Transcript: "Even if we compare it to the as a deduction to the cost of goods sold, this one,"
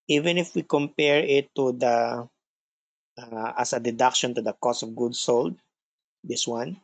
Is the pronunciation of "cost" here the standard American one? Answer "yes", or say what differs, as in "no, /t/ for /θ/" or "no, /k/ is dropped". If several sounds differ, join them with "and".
no, /t/ is dropped